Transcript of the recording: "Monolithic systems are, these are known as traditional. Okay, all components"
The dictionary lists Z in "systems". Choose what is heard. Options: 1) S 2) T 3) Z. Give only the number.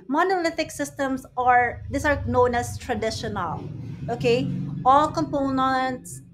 1